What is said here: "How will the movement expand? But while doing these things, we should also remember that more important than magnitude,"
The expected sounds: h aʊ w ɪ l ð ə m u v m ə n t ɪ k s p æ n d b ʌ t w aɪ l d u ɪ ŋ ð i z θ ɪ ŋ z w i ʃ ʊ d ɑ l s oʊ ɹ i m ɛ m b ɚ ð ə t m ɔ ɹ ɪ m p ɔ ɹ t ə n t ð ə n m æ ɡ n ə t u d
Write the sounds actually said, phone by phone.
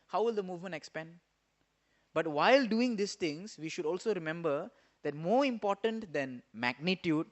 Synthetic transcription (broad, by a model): h aʊ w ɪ l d ə m u v m ə n t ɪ k s p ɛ n d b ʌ t w aɪ l d u ɪ ŋ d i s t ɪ ŋ s w i ʃ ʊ d ɑ l s oʊ ɹ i m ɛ m b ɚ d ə t m ɔ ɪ m p ɔ t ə n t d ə n m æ ɡ n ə t u d